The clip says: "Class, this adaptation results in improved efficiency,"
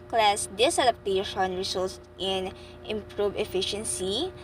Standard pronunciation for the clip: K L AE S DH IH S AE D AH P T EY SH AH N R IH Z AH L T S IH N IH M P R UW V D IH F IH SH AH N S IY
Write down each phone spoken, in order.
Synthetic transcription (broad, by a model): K L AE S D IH S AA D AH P T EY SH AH N R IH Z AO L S IH N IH M P R UW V IH F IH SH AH N S IY